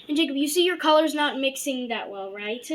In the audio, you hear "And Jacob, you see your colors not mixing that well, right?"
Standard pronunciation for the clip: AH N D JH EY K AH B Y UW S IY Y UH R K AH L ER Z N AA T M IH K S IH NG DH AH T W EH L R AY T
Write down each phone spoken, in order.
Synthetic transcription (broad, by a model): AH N JH EY K AH B Y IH S IY Y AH R K AH L ER Z N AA T M IH K S IH NG DH AH T W EH L R AY T